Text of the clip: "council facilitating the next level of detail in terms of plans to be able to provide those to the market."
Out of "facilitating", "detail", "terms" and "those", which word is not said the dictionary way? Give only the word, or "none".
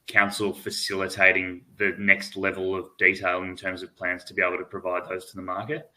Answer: none